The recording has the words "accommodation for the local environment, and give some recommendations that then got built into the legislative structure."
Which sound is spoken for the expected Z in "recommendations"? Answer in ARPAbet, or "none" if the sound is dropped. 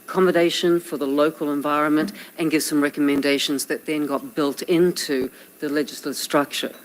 Z